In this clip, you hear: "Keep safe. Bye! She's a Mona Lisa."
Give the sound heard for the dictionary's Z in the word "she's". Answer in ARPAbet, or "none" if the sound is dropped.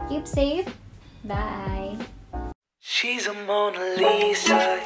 Z